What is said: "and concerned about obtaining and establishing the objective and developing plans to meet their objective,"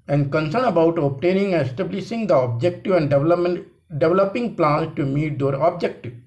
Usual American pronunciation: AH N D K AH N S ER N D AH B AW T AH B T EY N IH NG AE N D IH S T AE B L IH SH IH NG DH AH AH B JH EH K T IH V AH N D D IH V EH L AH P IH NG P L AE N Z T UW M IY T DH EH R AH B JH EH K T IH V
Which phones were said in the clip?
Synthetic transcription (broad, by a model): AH N D K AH N S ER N AH B AW T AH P T EY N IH NG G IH S T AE B L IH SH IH NG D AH AH B JH EH K T IH V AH N D D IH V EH L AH P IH NG P L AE N S T UW M IY T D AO R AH B JH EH K T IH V